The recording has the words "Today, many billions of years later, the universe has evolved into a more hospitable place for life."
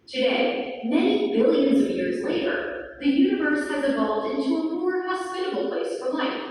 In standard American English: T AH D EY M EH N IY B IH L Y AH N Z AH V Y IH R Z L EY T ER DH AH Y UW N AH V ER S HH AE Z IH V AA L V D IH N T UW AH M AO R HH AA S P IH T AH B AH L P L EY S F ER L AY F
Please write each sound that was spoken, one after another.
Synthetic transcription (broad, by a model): T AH D EY M EH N IY B IH L Y AH N Z AH V Y IH R Z L EY T ER DH AH Y UW N AH V ER S HH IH Z IH V AA L V D IH N T UW AH M AO R HH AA S P IH T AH B L P L EY S F ER L AY F